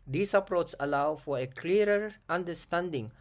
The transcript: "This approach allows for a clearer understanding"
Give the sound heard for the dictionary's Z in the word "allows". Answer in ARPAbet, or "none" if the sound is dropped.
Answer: none